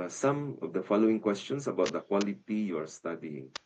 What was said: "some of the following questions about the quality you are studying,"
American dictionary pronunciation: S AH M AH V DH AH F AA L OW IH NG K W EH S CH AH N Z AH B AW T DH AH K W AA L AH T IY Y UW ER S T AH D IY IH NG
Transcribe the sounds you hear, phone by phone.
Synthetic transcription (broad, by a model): S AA M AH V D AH F AA L OW IH NG K W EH S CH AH N S AH B AW T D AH K W AA L AH T IY Y UW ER S T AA D IY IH NG